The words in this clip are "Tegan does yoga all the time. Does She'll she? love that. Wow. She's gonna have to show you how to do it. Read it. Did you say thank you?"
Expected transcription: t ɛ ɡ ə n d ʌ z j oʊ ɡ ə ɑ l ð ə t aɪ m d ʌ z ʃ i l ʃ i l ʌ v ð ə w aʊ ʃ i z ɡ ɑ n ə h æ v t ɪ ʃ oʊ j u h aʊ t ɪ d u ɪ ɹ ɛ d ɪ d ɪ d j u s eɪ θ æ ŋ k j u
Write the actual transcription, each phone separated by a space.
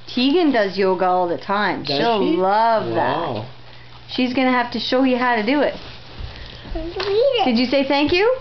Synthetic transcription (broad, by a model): t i ɡ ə n d ʌ z j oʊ ɡ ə ɑ l ð ə t aɪ m ʃ i l l ʌ v ð ə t ʃ i z ɡ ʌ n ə h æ f t ɪ ʃ oʊ j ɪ h aʊ t ɪ d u ɪ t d ɪ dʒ ɪ s eɪ θ æ ŋ k j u